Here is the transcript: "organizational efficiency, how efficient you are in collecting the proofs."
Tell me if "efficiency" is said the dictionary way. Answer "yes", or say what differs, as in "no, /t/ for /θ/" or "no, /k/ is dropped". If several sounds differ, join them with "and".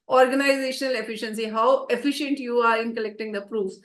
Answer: yes